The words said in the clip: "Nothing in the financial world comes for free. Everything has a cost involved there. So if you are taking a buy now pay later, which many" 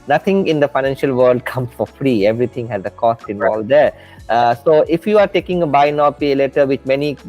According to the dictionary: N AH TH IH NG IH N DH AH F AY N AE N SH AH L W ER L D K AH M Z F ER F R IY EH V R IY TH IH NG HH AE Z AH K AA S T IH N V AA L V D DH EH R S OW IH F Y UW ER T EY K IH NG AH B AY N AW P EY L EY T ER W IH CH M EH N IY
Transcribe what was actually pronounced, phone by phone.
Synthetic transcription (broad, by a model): N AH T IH NG IH N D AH F AY N AE N SH AH L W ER L D K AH M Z F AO F R IY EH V R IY T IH NG HH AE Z AH K AA S T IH N AA L D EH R S OW IH F Y UW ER T EY K IH NG AH B AY N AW P EY L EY T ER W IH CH M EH N IY